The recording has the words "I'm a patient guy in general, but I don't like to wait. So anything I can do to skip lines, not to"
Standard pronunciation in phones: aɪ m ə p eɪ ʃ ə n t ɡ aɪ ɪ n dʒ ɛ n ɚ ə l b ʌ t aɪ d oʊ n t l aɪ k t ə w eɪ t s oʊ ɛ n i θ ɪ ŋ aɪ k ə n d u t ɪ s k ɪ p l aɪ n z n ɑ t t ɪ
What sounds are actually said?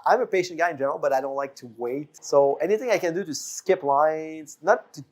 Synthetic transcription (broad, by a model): aɪ m ə p eɪ ʃ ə n ɡ aɪ ɪ n dʒ ɛ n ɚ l b ʌ t aɪ d oʊ n t l aɪ k t ə w eɪ t s oʊ ɛ n i θ ɪ ŋ aɪ k ə n d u t ɪ s k ɪ p l aɪ n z n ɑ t t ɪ